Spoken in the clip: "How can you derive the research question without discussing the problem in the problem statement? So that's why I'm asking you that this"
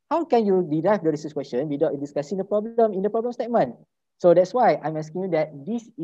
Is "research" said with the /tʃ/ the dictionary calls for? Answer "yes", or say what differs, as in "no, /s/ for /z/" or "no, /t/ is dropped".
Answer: no, /s/ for /tʃ/